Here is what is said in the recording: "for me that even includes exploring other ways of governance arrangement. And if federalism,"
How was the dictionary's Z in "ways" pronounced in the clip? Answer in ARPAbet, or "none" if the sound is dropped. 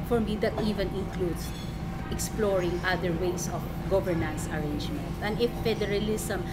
S